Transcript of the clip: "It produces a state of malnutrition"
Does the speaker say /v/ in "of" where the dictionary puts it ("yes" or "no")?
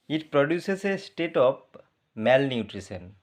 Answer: no